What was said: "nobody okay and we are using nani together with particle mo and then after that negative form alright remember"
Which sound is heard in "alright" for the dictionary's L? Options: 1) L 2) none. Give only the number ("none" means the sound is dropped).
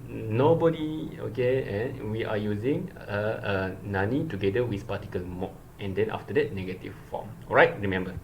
2